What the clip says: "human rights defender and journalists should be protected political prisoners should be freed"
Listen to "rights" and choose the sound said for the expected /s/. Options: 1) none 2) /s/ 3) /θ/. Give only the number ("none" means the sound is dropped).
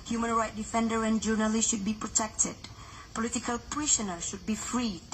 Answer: 1